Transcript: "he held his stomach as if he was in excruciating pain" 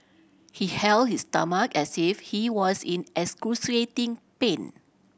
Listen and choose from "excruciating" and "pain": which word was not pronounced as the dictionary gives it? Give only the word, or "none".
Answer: excruciating